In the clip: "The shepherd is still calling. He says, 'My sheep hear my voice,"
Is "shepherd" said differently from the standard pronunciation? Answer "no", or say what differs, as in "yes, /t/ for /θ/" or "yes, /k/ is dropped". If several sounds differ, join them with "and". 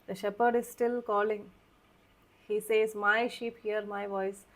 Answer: no